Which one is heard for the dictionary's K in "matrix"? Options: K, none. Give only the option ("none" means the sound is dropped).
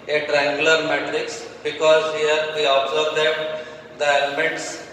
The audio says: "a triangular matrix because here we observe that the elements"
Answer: K